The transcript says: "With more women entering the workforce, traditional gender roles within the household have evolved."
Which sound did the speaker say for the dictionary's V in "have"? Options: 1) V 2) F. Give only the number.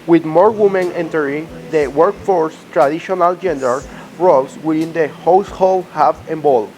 2